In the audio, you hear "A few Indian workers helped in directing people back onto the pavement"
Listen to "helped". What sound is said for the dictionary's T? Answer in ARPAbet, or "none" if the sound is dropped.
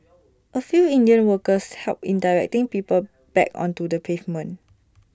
none